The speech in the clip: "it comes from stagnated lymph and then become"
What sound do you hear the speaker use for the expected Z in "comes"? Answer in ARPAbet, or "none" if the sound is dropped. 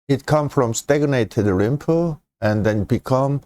none